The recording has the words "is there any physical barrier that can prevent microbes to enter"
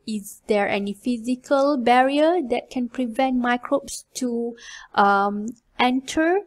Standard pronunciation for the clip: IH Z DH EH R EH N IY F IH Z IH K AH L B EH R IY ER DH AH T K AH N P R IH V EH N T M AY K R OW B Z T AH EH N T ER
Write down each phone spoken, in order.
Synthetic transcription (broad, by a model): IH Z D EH R EH N IY F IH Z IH K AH L B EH R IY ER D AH T K AH N P R IH V EH N T M AY K R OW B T T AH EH N T ER